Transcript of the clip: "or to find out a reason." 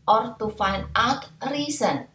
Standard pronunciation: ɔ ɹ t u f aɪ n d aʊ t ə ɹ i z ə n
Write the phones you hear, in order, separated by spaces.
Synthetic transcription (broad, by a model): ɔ ɹ t u f aɪ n aʊ t ɹ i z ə n